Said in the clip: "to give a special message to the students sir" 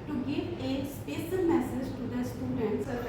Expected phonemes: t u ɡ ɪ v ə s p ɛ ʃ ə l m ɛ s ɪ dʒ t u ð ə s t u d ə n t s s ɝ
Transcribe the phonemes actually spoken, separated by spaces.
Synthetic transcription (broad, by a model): t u ɡ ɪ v ə s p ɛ s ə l m ɛ s ɪ dʒ t u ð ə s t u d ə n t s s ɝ